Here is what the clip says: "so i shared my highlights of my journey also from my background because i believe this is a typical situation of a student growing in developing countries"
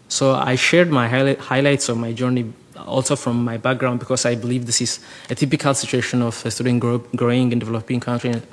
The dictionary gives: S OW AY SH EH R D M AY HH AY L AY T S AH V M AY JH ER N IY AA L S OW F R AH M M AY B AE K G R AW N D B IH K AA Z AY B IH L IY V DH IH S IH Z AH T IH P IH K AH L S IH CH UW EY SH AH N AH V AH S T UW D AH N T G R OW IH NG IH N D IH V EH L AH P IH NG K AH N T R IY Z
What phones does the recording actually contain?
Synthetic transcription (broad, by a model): S OW AY SH EH R D M AY HH AY L AY T S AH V M AY JH ER N IY AA L S OW F R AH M M AY B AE K G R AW N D B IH K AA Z AY B IH L IY V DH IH S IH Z AH T IH P IH K AH L S IH CH UW EY SH AH N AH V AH S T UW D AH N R G R OW IH NG IH N D IH V EH L AH P IH NG K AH N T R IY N